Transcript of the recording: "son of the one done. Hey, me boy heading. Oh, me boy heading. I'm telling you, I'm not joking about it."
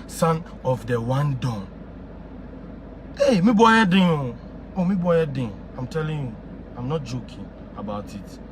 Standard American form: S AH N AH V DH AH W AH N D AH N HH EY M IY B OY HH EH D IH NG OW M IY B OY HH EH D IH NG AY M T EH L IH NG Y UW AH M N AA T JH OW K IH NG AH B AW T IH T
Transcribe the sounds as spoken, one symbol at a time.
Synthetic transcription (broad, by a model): S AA N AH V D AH W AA N D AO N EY M IY B OY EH D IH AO OW M IY B OY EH D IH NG AY M T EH L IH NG Y UW AH M N AA T JH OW K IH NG AH B AW T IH T